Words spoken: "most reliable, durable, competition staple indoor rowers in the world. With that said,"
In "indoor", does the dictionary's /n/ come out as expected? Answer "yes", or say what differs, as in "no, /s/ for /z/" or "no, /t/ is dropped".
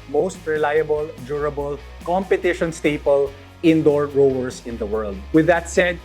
yes